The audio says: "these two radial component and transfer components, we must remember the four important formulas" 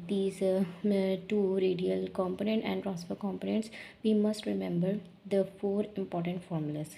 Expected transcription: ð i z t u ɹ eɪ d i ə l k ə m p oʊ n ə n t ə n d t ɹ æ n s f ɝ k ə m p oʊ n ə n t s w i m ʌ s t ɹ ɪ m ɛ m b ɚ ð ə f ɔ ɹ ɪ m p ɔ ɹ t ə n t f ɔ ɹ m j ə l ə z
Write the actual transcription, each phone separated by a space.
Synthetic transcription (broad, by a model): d i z t u ɹ eɪ d i ə l k ə m p oʊ n ə n t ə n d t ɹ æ s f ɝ k ə m p oʊ n ə n t s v i m ʌ s t ɹ ɪ m ɛ m b ɚ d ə f ɔ ɹ ɪ m p ɔ ɹ t ə n t f ɔ ɹ m j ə l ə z